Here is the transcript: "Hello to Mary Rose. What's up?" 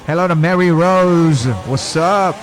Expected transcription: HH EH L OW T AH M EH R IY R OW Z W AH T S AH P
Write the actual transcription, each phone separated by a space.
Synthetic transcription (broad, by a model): HH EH L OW T AH M EH R IY R OW Z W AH S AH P